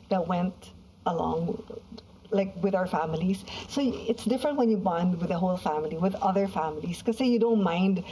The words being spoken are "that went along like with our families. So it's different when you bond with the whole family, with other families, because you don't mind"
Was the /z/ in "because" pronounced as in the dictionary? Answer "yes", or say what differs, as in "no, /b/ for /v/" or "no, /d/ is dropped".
no, /z/ is dropped